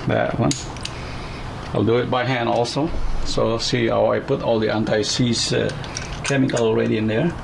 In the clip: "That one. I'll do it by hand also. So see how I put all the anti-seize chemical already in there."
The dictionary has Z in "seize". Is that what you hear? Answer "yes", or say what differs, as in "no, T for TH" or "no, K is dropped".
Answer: no, S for Z